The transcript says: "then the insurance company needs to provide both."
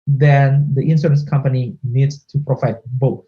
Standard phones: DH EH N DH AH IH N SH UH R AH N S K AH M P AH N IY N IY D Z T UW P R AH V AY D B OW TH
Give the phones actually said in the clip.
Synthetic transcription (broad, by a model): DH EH N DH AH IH N S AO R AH N S K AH M P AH N IY N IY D S T UW P R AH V AY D B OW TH